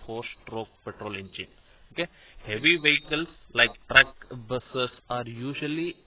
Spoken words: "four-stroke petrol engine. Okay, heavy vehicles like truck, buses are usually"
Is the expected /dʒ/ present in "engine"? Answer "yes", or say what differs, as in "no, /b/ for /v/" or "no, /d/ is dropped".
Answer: no, /tʃ/ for /dʒ/